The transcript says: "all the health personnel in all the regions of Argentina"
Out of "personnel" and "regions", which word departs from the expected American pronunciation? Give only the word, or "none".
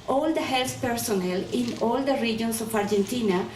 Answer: regions